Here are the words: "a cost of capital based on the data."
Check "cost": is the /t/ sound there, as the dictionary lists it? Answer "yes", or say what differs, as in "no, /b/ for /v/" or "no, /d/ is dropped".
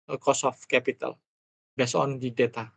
no, /t/ is dropped